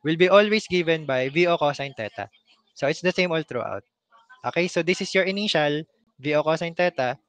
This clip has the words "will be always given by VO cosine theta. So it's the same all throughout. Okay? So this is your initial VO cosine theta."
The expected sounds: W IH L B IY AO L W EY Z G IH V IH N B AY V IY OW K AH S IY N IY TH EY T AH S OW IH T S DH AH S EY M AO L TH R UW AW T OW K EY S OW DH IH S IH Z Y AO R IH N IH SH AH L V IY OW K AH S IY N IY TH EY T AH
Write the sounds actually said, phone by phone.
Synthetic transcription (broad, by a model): W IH L B IY AO L W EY S G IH V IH N B AY V IY OW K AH S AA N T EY T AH S OW IH T S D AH S EY M AO L T R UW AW T OW K EY S OW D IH S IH S Y AO R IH N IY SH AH L V IY OW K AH S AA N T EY T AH